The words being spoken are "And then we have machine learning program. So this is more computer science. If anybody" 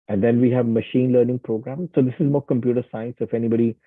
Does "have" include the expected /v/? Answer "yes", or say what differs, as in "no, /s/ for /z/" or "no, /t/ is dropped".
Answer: yes